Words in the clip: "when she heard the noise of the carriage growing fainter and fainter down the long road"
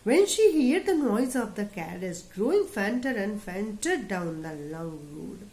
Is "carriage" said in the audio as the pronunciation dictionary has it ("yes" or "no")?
no